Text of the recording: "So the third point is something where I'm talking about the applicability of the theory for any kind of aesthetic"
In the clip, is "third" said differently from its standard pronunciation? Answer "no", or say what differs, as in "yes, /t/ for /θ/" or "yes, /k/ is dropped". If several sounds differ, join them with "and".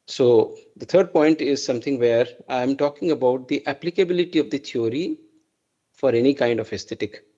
yes, /t/ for /θ/